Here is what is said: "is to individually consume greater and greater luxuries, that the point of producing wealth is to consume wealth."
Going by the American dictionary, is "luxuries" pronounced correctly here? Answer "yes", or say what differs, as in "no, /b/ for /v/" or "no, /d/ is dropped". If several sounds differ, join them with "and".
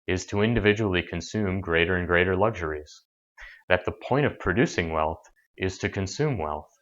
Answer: yes